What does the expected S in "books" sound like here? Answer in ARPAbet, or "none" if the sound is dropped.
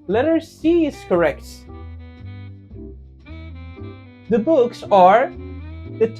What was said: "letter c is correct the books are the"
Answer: S